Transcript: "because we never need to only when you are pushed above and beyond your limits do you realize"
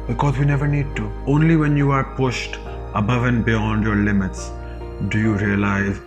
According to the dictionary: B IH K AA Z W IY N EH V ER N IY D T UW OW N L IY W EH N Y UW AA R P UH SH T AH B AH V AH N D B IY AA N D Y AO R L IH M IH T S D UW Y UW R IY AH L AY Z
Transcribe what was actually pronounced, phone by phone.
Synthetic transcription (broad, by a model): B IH K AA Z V IY N EH V ER N IY D T UW OW N L IY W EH N Y UW AA R P UH SH T AH B AH V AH N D B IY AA N D Y AO R L IH M IH T S D UW Y UW R IY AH L AY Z